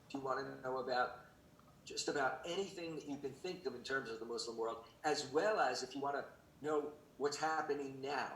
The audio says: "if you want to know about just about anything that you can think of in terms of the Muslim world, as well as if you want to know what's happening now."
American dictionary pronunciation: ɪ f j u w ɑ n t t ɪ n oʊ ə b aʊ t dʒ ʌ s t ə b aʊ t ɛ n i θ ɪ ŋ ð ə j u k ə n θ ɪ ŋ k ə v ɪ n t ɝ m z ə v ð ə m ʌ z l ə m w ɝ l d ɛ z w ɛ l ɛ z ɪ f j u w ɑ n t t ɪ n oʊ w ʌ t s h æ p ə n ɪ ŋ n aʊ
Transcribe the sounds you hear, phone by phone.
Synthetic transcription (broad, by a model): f j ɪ w ɑ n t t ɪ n oʊ ə b aʊ t dʒ ʌ s t ə b aʊ t ɛ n i θ ɪ ŋ ð ə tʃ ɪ k ə n θ ɪ ŋ k ə v ɪ n t ɝ m z ə v ð ə m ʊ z l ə m w ɝ l d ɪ z w ɛ l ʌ z ɪ f j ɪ w ɑ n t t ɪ n oʊ w ʌ t s h æ p ə n ɪ ŋ n aʊ